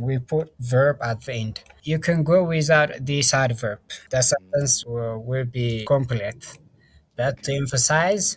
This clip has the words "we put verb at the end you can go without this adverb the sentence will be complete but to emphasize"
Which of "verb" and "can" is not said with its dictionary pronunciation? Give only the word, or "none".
none